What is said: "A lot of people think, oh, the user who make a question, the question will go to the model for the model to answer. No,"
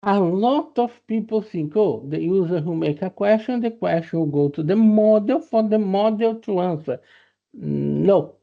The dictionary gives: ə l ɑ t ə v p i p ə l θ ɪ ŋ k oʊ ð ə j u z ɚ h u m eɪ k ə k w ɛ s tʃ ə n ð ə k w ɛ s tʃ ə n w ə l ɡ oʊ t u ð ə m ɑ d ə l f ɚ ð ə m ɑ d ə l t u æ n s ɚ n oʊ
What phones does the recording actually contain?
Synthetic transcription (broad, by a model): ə l ɑ t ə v p i p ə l s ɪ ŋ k oʊ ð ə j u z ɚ h u m eɪ k ə k w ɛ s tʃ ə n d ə k w ɛ s tʃ ə n ɡ oʊ t u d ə m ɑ d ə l f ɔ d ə m ɑ d ə l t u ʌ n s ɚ n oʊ